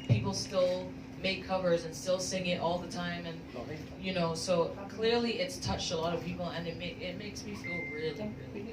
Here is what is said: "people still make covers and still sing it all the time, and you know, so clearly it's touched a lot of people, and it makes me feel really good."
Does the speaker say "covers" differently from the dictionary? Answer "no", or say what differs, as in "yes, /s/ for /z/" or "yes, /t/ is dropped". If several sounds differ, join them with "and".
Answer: no